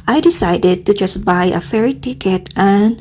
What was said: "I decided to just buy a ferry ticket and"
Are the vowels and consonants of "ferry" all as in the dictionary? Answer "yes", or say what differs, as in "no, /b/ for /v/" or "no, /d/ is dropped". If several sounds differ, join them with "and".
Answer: yes